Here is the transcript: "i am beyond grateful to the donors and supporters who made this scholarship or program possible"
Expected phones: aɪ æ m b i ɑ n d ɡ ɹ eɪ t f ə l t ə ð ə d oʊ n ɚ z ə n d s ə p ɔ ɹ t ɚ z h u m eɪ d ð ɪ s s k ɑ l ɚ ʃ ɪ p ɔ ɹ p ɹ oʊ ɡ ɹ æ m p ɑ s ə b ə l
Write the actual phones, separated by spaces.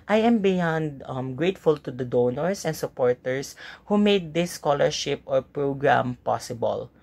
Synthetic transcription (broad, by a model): aɪ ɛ m b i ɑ n d ɡ ɹ eɪ t f ə l t ə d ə d oʊ n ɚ s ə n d s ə p ɔ ɹ t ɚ s h u m eɪ d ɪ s s k ɑ l ɚ ʃ ɪ p ɔ ɹ p ɹ oʊ ɡ ɹ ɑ m p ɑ s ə b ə l